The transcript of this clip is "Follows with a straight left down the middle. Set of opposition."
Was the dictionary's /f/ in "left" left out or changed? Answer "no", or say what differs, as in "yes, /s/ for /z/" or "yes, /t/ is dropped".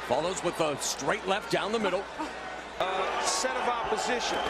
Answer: no